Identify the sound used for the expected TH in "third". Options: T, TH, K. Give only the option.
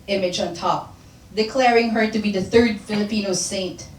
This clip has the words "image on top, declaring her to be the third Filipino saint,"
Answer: TH